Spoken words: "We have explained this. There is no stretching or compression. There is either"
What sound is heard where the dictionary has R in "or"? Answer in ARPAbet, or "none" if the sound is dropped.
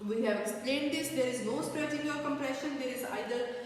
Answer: L